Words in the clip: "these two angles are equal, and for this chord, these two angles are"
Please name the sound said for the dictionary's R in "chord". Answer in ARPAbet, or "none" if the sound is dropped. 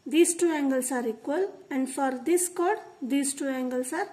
R